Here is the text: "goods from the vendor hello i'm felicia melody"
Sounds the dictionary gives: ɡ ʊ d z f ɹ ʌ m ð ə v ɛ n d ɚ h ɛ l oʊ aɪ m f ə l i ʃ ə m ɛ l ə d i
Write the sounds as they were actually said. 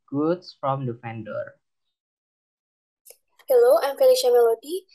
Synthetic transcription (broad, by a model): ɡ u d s f ɹ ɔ m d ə f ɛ n d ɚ h ɛ l oʊ aɪ m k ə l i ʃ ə m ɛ l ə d i